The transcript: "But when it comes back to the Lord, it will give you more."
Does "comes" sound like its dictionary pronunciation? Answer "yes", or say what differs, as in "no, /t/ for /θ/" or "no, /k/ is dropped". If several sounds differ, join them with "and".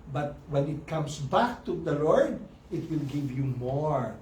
no, /s/ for /z/